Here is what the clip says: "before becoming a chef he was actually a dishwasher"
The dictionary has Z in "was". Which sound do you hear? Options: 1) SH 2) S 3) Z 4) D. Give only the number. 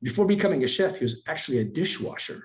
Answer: 3